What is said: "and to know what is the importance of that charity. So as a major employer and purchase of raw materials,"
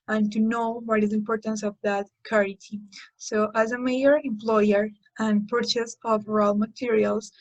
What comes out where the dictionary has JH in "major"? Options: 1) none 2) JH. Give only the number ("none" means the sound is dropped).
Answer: 1